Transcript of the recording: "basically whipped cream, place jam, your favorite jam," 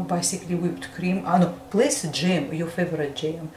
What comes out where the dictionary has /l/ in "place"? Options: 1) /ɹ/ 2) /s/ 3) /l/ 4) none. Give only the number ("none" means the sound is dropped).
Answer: 3